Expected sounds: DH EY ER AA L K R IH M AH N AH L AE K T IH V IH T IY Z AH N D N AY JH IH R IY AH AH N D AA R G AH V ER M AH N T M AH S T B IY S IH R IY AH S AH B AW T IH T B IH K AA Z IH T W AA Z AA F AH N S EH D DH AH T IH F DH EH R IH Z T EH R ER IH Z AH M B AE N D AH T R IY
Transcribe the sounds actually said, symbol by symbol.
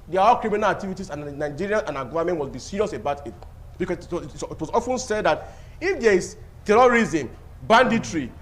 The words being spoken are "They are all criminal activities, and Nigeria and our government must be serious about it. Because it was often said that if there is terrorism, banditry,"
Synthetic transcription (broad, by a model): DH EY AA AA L K R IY M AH N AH L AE K T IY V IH T IY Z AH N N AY JH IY R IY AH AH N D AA G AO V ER M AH N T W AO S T B IY S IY R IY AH S AH B AW T IH T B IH K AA S IH T W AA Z AA F AH N S EH D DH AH T IH F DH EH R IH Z T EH R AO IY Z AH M B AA N D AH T R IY